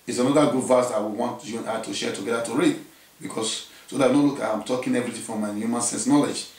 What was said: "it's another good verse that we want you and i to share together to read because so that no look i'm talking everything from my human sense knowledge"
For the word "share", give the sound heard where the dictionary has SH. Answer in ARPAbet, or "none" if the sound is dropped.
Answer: SH